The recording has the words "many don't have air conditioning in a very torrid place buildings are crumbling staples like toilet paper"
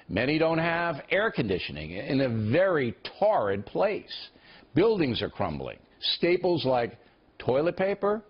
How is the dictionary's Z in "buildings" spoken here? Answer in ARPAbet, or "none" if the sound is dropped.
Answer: Z